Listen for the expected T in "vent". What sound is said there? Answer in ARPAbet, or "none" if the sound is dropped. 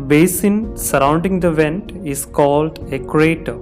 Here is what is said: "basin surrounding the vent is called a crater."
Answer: T